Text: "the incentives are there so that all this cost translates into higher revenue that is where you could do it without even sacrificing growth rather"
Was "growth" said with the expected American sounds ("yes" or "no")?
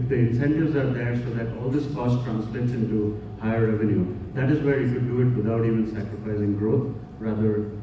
no